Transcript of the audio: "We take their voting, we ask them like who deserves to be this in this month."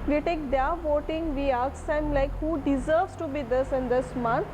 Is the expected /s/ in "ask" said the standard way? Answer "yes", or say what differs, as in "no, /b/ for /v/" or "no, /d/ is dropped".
no, /s/ is dropped